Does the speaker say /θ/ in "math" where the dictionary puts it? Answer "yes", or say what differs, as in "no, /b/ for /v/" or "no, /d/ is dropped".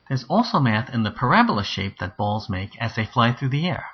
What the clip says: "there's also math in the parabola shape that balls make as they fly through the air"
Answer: yes